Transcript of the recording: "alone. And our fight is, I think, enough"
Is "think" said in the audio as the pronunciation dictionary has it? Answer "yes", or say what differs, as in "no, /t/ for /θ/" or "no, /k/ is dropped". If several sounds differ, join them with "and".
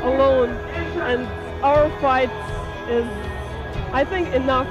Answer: yes